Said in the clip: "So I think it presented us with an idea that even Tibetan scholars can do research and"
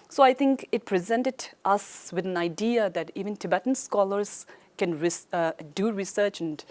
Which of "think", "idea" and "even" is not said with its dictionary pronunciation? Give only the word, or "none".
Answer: think